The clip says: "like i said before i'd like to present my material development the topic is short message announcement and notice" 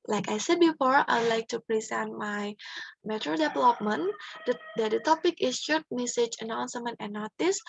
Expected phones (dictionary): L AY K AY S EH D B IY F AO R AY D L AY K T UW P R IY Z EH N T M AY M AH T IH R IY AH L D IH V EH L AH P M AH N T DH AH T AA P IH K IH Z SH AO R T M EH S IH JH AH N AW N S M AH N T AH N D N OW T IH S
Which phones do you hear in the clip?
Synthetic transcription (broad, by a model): L AY K AY S EH D B IY F AO R AY D L AY K T UW P R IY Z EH N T M AY M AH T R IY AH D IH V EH L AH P M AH N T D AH T AA P IH K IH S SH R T M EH S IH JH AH N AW N S M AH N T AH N N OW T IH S